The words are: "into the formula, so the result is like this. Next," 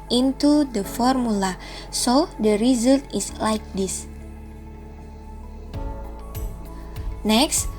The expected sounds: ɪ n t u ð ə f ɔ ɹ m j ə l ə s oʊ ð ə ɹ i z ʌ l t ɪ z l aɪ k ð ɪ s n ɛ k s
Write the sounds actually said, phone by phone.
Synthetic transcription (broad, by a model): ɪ n t u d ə f ɔ ɹ m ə l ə s oʊ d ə ɹ i z ʌ l t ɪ s l aɪ k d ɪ s n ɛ k s